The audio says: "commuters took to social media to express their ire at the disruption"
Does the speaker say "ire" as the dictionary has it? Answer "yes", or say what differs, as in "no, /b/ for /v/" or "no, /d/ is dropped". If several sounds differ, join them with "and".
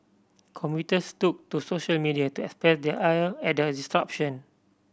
no, /l/ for /ɹ/